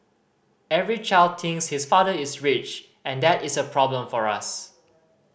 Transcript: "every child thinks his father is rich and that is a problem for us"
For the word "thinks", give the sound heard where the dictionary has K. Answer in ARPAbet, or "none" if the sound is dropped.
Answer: none